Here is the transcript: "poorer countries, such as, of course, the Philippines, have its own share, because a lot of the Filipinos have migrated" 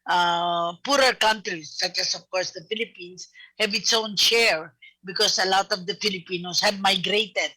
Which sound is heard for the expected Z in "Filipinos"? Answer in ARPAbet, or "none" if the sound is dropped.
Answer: S